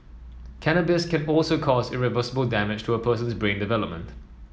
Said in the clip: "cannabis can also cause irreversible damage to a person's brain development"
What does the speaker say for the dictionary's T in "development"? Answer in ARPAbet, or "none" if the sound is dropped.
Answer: T